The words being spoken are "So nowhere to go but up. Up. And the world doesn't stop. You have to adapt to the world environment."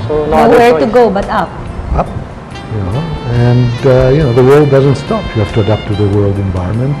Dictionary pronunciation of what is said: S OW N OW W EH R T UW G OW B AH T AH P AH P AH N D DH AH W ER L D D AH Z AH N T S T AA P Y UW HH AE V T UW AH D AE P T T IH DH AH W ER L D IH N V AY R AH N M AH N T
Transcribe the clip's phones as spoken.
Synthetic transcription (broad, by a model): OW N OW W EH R T UW G OW B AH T AH P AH P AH N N DH AH W ER L D D AH Z AH N T S T AA P Y UW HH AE F T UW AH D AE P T T IH DH AH W ER L D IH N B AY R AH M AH N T